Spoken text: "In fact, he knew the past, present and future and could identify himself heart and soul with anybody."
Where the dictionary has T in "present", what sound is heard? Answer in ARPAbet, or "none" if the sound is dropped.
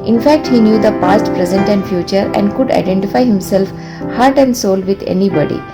T